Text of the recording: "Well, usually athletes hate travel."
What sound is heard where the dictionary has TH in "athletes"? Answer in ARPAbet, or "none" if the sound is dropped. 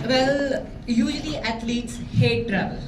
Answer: T